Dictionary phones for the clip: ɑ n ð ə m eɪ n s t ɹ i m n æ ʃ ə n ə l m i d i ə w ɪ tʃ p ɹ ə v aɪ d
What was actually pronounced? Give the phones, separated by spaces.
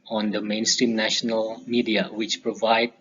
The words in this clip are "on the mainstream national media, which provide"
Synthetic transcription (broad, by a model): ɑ n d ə m eɪ n s t ɹ i m n æ ʃ ə n ə l m i d i ə w ɪ tʃ p ɹ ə v aɪ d